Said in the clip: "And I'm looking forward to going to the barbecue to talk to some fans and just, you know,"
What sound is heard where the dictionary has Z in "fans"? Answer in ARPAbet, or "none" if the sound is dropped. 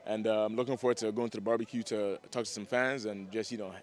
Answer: Z